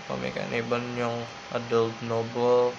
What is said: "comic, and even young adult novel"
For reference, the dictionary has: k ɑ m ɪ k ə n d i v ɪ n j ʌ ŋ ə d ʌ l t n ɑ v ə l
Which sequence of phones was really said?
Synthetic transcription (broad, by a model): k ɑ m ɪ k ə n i b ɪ n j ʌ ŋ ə d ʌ l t n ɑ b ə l